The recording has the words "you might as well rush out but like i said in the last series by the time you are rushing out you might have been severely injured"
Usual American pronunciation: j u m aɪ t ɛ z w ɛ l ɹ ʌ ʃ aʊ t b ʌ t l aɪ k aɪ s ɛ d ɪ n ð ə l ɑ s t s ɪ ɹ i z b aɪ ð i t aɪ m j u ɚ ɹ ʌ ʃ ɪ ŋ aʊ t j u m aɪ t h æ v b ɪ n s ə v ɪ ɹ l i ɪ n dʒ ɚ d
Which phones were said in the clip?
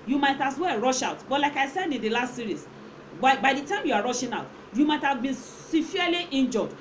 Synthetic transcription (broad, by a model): j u m aɪ t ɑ s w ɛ ɹ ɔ ʃ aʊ t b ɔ t l aɪ k aɪ s ɛ d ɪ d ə l ɑ s t s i ɹ i s b aɪ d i t aɪ m j u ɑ ɹ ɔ ʃ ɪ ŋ aʊ t j u m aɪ t h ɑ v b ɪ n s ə f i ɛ l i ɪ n dʒ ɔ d